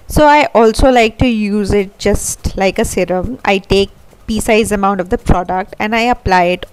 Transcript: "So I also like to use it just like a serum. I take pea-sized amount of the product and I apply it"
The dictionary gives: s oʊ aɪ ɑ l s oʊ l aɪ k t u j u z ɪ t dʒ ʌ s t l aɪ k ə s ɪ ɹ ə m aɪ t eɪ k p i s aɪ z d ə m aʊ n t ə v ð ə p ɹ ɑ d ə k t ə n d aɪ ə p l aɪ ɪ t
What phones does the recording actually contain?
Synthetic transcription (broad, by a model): s oʊ aɪ ɑ l s oʊ l aɪ k t u j u z ɪ t dʒ ʌ s t l aɪ k ə s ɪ ɹ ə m aɪ t eɪ k p i s aɪ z ə m aʊ n t ə v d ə p ɹ ɑ d ə k t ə n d aɪ ə p l aɪ ɪ t